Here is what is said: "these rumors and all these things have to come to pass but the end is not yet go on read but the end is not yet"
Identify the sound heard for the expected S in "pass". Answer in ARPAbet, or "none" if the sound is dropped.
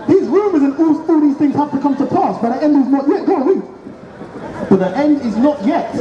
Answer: S